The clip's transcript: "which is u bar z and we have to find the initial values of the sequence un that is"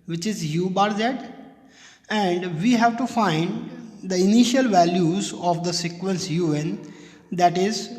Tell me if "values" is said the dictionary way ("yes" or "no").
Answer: yes